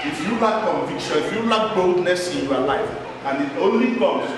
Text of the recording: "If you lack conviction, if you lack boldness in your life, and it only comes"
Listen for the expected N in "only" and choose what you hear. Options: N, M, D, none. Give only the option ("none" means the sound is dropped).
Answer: N